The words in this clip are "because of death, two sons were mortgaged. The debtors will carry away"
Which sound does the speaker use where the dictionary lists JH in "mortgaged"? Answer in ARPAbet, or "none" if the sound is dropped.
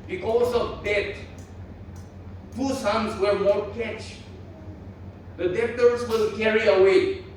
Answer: CH